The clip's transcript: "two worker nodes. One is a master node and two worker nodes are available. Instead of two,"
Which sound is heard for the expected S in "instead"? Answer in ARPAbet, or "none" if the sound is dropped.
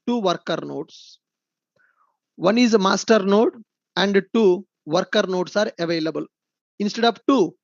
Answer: S